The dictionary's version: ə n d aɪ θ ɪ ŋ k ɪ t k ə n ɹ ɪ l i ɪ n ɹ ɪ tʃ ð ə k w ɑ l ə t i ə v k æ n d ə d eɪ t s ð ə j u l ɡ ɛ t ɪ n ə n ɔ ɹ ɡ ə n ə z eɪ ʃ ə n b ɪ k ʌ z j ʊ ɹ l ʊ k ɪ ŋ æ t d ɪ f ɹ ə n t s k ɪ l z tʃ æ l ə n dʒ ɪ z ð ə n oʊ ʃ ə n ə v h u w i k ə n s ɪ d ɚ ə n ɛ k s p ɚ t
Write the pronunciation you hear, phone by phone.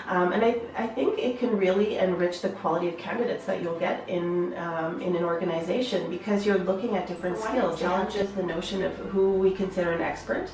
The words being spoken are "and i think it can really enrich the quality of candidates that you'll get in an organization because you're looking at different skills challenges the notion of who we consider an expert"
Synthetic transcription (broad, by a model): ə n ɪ aɪ θ ɪ ŋ k ɪ t k ə n ɹ ɪ l i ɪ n ɹ ɪ tʃ ð ə k w ɑ l ə t i ə v k æ n d ə d eɪ t s ð ə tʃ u l ɡ ɛ t ɪ n ə n ɔ ɹ ɡ ə n ə z eɪ ʃ ə n b ɪ k ʌ z j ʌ ɹ l ʊ k ɪ ŋ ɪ t d ɪ f ɹ ə n t s k ɪ l z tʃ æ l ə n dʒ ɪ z ð ə n oʊ ʃ ə n ə v h u w i k ə n s ɪ d ɚ ə n ɛ k s p ɚ t